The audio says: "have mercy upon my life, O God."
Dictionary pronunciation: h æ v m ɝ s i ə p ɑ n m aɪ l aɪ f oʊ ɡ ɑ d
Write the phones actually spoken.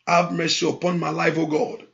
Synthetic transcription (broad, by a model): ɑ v m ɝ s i ə p ɑ n m aɪ l aɪ f oʊ ɡ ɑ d